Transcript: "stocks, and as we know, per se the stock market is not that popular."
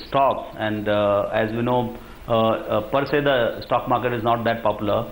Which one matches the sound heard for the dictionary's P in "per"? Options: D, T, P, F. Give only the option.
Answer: P